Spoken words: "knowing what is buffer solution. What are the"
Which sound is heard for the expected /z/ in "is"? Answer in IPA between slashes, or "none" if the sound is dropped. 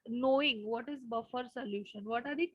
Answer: /z/